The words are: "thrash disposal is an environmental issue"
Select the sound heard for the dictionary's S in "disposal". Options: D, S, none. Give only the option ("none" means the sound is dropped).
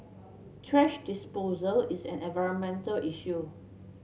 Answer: S